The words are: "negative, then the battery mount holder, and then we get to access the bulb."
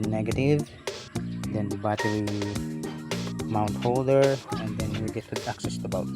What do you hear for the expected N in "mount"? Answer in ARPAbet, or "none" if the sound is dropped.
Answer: N